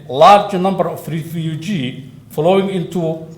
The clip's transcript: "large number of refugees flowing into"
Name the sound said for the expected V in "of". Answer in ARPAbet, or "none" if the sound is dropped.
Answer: F